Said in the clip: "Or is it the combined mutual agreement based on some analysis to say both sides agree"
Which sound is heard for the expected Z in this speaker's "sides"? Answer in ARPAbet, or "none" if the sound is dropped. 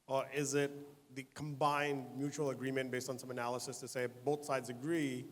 Z